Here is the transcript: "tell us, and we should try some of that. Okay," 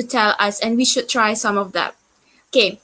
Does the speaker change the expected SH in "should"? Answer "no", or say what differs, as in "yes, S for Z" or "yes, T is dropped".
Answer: no